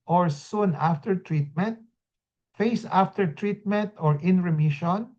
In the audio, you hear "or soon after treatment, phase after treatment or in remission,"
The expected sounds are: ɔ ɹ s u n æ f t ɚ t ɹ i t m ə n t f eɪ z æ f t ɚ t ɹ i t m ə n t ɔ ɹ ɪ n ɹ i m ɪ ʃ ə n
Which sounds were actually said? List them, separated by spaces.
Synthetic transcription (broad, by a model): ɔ ɹ s u n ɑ f t ɚ t ɹ i t m ə n t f eɪ s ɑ f t ɚ t ɹ i t m ə n t ɔ ɹ ɪ n ɹ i m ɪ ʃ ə n